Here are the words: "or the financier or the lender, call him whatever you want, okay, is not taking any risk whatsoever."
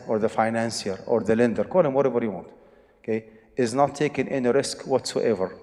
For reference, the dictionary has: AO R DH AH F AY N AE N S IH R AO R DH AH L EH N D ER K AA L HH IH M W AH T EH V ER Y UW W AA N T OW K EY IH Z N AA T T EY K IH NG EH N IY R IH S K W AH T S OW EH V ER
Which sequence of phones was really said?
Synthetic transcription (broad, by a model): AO R DH AH F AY N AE N S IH R AO R DH AH L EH N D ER K AA L HH IH M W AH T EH B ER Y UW W AA N T OW K EY IH Z N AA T T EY K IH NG EH N IY R IH S K W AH T S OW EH V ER